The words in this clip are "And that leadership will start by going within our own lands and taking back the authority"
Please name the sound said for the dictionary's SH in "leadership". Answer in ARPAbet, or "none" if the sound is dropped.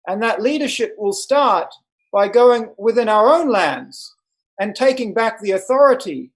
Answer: SH